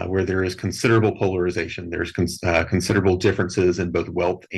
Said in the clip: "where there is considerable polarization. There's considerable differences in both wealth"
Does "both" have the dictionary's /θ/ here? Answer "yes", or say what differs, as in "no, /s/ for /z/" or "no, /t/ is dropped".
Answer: yes